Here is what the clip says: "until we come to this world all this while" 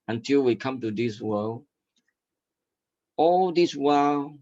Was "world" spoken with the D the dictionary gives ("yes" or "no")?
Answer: no